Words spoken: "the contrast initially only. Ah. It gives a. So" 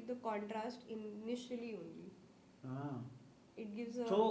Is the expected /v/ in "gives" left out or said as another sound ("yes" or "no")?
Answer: no